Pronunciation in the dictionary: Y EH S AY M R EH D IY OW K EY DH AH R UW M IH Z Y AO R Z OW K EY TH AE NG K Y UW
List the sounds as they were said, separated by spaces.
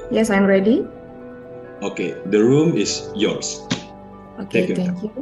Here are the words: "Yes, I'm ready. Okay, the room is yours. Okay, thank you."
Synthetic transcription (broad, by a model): Y EH S AY M R EH D IY OW K EY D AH R UW M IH S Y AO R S OW K EY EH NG K Y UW